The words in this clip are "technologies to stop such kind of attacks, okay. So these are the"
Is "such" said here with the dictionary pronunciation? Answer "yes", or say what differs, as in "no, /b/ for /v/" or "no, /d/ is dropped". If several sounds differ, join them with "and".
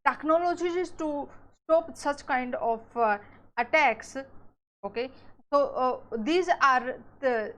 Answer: yes